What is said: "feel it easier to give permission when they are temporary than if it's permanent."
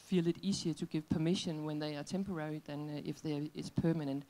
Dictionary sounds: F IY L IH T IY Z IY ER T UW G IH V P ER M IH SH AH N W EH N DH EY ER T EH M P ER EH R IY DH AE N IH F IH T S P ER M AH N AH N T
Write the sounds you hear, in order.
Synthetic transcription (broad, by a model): F IY L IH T IY S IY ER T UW G IH V P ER M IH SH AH N W EH N DH EY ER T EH M P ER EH R IY DH AE N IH F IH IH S P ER M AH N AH N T